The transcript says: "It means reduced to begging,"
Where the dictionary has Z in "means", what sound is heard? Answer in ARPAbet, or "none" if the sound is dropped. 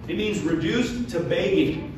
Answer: Z